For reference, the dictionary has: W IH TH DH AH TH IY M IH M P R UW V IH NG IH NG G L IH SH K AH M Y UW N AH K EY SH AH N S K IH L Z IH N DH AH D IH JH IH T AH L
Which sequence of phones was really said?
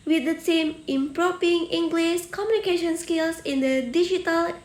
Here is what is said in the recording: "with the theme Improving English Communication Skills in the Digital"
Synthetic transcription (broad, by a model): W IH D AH S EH M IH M P R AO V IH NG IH NG G L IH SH K AH M Y UW N AH K EY SH AH N S K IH L S IH N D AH D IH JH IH T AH L